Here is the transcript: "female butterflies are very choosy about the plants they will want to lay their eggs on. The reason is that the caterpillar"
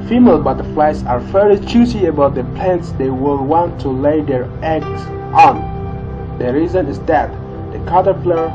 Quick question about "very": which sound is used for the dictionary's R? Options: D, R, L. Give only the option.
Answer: L